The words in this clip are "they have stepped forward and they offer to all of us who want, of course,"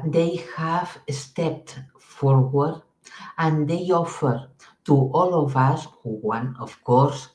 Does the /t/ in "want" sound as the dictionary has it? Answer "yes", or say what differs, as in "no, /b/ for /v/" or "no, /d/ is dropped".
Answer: no, /t/ is dropped